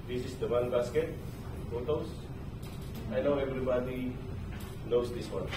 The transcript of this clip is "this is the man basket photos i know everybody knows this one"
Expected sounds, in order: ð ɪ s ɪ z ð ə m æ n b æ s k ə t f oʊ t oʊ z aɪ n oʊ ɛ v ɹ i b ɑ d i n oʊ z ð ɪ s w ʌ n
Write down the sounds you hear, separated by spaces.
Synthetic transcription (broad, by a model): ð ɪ s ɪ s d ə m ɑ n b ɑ s k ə t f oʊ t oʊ s aɪ n oʊ ɛ v ɹ i b ɑ d i n oʊ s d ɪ s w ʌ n